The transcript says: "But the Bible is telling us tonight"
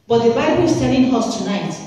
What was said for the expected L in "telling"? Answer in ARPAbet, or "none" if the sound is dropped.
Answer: N